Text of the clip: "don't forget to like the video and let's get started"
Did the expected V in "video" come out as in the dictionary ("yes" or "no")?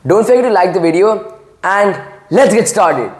yes